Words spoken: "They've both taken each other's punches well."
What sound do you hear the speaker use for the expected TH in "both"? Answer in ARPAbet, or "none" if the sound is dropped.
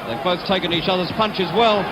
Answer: TH